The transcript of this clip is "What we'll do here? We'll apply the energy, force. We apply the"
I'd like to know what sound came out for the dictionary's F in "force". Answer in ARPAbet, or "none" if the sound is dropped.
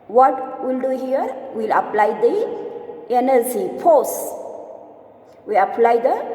P